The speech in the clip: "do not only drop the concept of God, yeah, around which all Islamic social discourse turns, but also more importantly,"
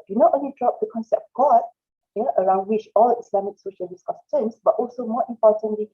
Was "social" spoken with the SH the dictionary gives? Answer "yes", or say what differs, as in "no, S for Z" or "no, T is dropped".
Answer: yes